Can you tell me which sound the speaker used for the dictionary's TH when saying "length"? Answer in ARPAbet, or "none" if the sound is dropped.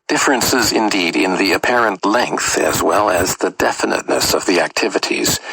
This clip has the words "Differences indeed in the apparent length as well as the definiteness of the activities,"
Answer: TH